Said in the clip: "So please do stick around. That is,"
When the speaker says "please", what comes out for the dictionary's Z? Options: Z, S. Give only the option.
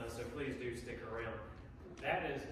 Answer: Z